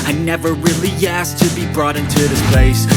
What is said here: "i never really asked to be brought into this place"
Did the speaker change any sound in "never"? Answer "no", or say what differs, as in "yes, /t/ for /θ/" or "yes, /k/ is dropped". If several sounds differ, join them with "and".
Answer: no